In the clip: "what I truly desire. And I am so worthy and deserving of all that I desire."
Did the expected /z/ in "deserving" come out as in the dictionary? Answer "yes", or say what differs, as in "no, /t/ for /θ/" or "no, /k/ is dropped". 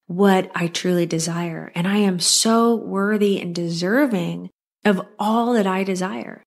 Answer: yes